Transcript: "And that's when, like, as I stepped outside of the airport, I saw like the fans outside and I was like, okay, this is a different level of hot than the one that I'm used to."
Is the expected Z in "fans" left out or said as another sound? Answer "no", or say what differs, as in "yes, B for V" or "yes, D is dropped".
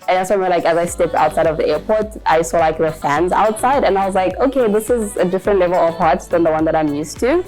no